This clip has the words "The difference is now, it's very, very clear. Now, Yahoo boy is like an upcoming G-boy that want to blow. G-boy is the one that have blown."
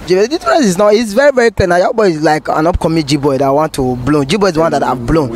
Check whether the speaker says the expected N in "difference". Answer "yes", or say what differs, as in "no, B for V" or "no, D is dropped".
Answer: no, N is dropped